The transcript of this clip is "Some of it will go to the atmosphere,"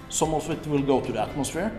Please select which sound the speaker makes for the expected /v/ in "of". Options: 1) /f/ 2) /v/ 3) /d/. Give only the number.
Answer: 1